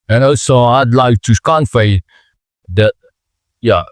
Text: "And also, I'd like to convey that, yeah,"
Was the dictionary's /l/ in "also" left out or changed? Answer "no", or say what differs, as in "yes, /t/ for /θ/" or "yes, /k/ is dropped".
yes, /l/ is dropped